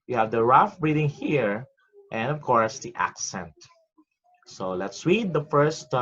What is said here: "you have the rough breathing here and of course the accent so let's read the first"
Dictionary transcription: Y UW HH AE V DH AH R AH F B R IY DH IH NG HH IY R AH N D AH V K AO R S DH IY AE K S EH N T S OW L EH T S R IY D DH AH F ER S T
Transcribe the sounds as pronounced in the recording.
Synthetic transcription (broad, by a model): Y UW HH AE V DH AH R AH F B R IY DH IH NG HH IY R AH N D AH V K AO R S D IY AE K S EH N T S OW L EH T S W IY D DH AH F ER S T